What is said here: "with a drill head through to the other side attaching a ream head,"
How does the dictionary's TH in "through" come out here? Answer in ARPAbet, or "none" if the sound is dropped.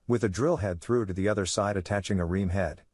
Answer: TH